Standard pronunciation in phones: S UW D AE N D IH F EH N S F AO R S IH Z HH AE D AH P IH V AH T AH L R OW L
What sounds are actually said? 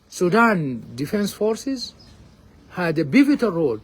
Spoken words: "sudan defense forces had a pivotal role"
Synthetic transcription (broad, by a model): S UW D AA N D IH F EH N S F AO R S IH Z HH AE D AH B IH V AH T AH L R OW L